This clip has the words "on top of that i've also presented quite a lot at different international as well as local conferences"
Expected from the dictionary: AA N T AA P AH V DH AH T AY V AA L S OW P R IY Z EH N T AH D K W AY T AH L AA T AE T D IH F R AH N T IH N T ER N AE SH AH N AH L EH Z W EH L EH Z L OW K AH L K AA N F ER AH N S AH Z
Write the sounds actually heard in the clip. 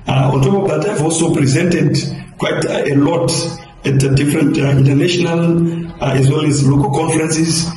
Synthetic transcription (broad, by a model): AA N T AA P AH V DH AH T AY V AA L S OW P R IY Z EH N T AH D K W AY T AH L AA T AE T D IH F R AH N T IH N T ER N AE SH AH N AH L EH Z W EH L EH Z L OW K AH L K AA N F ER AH N S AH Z